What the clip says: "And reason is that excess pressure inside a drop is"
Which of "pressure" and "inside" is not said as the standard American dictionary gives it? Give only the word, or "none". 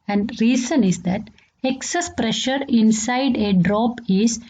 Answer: none